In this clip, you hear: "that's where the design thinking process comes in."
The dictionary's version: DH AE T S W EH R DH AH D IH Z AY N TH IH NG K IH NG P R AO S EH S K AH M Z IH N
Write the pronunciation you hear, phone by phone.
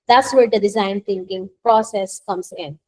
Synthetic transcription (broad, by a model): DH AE T S W EH R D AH D IH Z AY N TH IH NG K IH NG P R AO S EH S K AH M S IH N